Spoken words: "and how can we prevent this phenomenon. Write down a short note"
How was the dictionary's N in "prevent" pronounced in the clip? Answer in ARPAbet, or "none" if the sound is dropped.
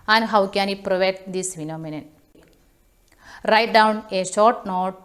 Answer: none